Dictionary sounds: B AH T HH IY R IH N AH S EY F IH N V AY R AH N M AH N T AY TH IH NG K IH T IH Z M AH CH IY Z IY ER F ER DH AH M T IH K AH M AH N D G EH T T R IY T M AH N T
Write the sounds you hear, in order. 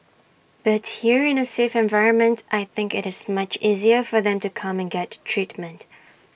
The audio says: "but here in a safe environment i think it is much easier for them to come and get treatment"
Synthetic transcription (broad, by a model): B AH T HH IY R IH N AH S EY F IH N V AY R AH N M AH N T AY TH IH NG K IH T IH Z M AH CH IY Z IY ER F ER DH AH M T IH K AH M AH N G EH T T R IY T M AH N T